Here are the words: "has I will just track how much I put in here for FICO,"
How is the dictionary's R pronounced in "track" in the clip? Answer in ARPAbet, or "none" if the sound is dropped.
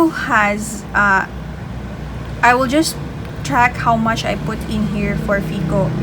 R